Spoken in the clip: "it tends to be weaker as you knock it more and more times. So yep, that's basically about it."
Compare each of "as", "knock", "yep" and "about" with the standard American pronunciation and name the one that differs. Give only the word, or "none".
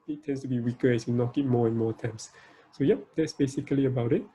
as